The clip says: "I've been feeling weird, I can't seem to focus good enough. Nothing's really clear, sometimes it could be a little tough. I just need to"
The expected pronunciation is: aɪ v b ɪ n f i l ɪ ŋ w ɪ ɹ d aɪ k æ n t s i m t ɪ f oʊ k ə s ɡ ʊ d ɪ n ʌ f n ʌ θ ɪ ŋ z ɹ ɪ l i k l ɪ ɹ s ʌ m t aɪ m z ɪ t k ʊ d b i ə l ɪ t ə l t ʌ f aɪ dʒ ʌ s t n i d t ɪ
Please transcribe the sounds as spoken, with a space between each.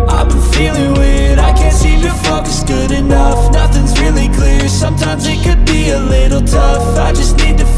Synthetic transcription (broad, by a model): aɪ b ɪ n f i l ɪ ŋ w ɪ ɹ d aɪ k æ n t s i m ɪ f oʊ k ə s ɡ ʊ d ɪ n ʌ f n ʌ θ ɪ ŋ z ɹ ɪ l i k l ɪ ɹ s ʌ m t aɪ m z ɪ t k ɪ d b i ə l ɪ t l t ʌ f aɪ dʒ ʌ s t n i d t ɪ